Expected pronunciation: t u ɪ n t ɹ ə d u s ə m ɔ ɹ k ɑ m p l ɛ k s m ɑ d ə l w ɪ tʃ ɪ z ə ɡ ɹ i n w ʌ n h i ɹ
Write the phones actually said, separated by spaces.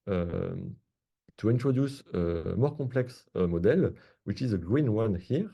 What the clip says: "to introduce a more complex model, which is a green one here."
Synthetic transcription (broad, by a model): t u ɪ n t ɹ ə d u s ə m ɔ ɹ k ɑ p l ɛ k s m ɑ d ə l w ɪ tʃ ɪ z ə ɡ ɹ i n w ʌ n h i ɹ